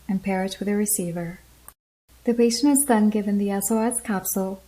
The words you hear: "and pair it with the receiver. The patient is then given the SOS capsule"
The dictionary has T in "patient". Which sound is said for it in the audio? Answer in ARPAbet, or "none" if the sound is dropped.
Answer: none